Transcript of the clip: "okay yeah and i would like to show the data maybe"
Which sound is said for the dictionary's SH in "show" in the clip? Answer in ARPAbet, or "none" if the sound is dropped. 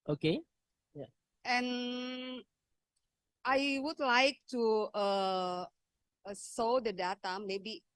S